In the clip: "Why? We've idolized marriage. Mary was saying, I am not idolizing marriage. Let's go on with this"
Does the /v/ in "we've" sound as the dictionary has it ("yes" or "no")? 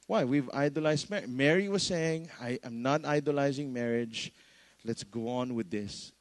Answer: yes